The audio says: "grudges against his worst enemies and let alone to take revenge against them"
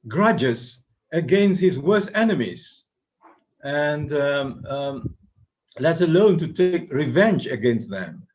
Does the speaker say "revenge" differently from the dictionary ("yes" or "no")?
no